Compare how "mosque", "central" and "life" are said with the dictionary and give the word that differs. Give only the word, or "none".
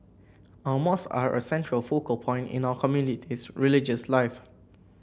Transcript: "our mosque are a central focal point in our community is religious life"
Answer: mosque